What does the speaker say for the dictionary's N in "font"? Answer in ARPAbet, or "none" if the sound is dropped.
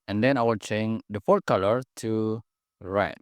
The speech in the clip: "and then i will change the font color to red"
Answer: none